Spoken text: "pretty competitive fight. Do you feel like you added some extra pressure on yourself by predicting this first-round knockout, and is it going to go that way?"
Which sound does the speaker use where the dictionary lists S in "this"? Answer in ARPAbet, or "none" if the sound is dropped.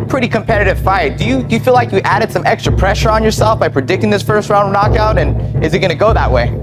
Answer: S